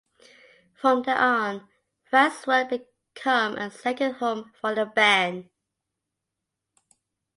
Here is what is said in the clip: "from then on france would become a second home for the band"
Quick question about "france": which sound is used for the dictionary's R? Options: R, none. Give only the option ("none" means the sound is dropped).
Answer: none